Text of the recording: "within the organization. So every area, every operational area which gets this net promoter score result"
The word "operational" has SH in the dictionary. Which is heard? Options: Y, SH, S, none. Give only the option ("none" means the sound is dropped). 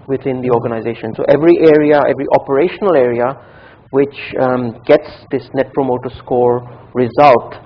SH